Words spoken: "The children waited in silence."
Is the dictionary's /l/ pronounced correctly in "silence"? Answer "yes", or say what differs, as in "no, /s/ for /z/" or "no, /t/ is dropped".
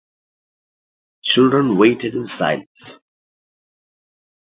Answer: yes